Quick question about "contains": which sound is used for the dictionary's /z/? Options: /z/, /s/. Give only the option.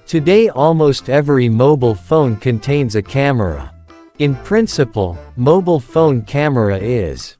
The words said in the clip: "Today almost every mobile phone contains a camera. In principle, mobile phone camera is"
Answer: /z/